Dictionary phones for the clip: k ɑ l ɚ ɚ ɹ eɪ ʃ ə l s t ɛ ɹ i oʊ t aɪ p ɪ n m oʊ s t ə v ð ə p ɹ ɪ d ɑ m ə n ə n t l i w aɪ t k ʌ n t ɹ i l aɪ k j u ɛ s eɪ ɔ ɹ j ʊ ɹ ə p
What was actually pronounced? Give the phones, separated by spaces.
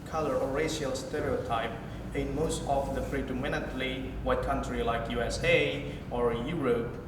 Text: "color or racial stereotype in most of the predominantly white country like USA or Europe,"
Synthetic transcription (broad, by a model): k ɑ l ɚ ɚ ɹ eɪ ʃ ə l s t ɛ ɹ i oʊ t aɪ p ɪ n m oʊ s t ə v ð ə f ɹ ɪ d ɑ m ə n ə n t l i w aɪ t k ʌ n t ɹ i l aɪ k j u ɛ s eɪ ɔ ɹ j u ɹ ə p